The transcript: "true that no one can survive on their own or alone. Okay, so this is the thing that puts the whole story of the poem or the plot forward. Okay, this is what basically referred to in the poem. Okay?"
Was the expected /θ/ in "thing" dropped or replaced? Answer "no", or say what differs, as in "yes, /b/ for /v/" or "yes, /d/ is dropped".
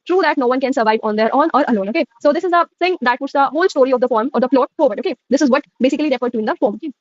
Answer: yes, /s/ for /θ/